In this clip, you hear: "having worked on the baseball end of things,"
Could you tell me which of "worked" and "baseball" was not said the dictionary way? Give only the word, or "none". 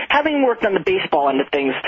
none